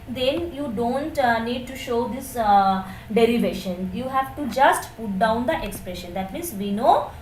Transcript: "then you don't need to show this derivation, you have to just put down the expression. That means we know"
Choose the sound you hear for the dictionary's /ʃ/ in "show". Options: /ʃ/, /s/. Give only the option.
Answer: /ʃ/